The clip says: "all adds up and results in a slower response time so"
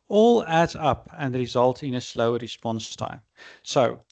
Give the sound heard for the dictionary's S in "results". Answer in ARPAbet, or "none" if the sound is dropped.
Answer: none